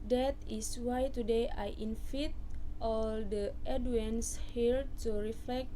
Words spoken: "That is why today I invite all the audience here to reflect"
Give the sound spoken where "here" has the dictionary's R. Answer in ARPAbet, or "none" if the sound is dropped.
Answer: L